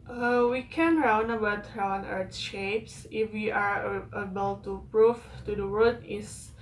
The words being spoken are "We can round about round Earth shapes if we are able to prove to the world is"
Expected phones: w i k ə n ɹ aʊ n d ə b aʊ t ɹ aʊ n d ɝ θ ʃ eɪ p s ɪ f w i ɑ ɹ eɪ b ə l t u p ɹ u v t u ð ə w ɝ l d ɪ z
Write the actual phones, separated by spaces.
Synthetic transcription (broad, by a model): w i k ə n ɹ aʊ n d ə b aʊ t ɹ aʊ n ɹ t ʃ eɪ p s ɪ f w i ɑ ɹ eɪ b ə l t u p ɹ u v t u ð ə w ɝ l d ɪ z